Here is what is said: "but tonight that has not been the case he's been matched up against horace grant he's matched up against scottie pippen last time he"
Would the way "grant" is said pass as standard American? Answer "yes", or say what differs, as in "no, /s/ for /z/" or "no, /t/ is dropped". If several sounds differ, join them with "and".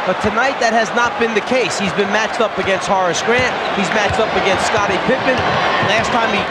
yes